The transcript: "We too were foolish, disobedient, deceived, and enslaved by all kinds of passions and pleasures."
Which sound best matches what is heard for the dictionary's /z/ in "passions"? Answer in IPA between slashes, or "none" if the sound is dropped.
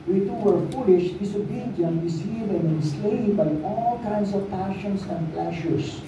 /s/